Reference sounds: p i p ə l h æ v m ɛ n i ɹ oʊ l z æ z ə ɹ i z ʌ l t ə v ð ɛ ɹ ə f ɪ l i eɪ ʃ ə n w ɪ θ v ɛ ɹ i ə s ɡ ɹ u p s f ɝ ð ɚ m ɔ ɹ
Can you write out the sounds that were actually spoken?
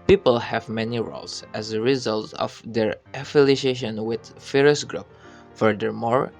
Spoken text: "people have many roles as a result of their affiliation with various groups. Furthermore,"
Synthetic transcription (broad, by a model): p i p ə l h æ v m ɛ n i ɹ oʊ l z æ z ə ɹ i z ʌ l t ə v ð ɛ ɹ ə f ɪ l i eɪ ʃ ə n w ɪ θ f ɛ ɹ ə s ɡ ɹ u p f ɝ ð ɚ m ɔ ɹ